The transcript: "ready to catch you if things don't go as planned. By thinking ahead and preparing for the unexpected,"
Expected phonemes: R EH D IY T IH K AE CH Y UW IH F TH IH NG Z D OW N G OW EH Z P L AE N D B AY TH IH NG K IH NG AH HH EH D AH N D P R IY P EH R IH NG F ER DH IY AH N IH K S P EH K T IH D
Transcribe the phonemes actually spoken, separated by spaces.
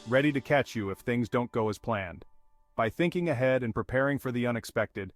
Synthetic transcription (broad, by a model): R EH D IY T IH K AE CH Y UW IH F TH IH NG Z D OW N G OW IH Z P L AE N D B AY TH IH NG K IH NG AH HH EH D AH N P R IY P EH R IH NG F ER DH IY AH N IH K S P EH K T IH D